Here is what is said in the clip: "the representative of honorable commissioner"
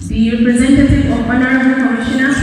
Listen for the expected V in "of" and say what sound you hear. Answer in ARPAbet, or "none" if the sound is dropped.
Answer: P